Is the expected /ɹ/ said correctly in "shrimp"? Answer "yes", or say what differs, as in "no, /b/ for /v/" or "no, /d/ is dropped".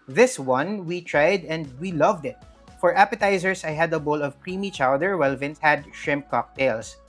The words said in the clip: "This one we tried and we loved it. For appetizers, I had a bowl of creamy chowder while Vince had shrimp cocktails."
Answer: yes